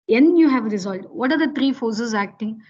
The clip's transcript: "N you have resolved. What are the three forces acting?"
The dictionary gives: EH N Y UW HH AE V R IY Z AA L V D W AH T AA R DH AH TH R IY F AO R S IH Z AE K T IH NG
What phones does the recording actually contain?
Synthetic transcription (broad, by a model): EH N Y UW HH AE V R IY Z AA L D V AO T AA R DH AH T R IY F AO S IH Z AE K T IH NG